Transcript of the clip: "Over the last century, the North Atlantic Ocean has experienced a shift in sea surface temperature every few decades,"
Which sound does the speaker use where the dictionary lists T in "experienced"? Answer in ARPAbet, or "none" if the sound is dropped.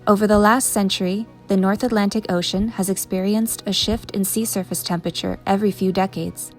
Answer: T